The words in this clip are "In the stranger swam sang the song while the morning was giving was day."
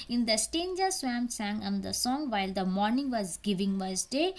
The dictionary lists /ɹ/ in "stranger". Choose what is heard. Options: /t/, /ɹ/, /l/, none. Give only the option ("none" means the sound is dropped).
none